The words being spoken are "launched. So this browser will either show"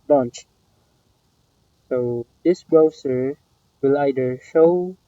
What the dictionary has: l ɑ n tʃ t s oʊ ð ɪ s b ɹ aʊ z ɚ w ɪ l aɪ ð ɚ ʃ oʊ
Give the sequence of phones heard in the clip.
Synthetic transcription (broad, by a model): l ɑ n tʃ s oʊ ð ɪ s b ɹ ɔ s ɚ w ɪ l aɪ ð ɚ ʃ oʊ